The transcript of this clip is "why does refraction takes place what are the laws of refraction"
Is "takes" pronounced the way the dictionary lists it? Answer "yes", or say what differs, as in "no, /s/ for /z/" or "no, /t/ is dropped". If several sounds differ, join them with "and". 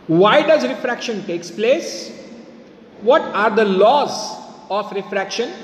yes